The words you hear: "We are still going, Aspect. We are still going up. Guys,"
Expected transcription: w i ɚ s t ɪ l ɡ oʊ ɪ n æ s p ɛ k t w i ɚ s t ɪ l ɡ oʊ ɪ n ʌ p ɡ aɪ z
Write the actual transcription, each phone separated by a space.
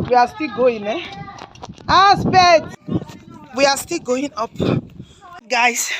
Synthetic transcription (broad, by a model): w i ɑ s t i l ɡ oʊ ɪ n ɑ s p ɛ t w i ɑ s t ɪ l ɡ oʊ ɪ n ʌ p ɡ aɪ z